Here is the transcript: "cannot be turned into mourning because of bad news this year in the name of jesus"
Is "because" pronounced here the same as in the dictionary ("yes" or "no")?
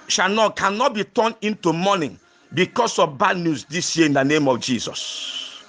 no